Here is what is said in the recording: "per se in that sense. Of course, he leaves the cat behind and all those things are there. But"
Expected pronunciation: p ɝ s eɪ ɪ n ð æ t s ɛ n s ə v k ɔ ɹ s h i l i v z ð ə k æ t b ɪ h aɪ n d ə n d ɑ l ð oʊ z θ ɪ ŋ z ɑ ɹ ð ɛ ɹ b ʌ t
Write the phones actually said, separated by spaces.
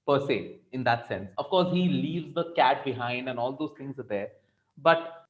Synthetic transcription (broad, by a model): p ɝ s eɪ ɪ n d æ t s ɛ n s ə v k ɔ ɹ s h i l i v z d ə k æ t b ɪ h aɪ n d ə n ɑ l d oʊ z t ɪ ŋ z ɑ ɹ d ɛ ɹ b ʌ t